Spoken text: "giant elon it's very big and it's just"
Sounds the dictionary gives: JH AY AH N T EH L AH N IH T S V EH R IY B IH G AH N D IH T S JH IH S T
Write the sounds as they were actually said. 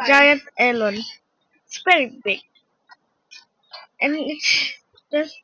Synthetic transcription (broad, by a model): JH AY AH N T EH L AH N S P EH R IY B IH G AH N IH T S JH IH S